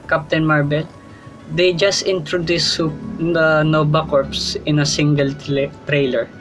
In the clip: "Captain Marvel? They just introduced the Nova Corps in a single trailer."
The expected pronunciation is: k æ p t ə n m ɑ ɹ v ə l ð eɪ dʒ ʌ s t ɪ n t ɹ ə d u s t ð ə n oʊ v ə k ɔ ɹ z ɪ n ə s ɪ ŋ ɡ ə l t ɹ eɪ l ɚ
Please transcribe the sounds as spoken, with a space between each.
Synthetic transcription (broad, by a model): k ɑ p t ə n m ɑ ɹ b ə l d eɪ dʒ ʌ s t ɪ n t ɹ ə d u s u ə n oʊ b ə k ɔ ɹ s ɪ n ə s ɪ ŋ ɡ ə l t ɹ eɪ l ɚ